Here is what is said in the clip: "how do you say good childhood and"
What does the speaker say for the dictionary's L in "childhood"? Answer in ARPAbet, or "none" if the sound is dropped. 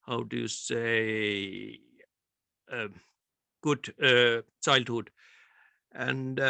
L